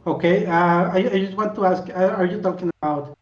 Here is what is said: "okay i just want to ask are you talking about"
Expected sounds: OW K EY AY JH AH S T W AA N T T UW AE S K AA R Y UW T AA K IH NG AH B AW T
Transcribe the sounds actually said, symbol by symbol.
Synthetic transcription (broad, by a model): OW K EY AY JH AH S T W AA N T T UW AE S K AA R Y UW T AA K IH NG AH B AW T